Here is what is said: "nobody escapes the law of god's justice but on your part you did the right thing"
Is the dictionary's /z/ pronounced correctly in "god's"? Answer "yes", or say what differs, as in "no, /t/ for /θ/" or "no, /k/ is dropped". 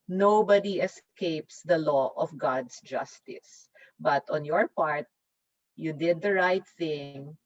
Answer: no, /s/ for /z/